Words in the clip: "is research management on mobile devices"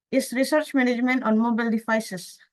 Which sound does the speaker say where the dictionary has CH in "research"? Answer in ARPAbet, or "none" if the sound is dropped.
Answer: CH